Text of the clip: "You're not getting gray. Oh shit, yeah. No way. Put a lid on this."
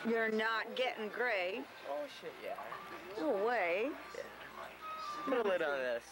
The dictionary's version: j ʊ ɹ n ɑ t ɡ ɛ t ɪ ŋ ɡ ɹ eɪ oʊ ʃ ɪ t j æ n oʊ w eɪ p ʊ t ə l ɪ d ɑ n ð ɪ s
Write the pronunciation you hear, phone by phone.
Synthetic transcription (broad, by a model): j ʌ ɹ n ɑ t ɡ ɛ t ɪ ŋ ɡ ɹ eɪ oʊ ʃ ɪ t j æ oʊ w eɪ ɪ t ə l ɪ d n ð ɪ s